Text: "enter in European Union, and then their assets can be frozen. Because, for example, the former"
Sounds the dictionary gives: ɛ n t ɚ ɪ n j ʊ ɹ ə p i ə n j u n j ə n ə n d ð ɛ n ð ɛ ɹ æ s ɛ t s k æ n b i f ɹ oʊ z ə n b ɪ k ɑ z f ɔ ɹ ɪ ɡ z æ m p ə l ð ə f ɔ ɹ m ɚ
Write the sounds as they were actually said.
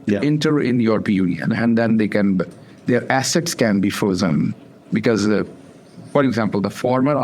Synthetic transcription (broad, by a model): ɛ n t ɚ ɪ n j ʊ ɹ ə p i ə n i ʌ n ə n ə n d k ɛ n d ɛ ɹ æ s ɛ t s k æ n b i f oʊ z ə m b ɪ k ɑ z f ɔ ɹ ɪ ɡ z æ m p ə l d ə f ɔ ɹ m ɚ